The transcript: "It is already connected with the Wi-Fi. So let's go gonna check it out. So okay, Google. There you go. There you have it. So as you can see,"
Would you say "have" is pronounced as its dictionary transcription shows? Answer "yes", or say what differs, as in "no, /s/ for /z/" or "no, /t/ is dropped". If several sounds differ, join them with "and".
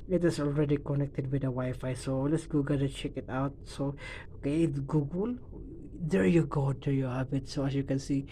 no, /b/ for /v/